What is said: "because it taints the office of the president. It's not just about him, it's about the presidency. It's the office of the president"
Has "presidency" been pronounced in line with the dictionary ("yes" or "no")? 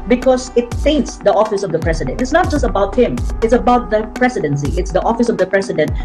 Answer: no